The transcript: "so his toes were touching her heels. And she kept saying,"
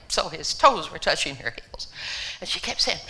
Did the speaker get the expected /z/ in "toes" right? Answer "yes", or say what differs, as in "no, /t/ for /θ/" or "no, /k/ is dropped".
yes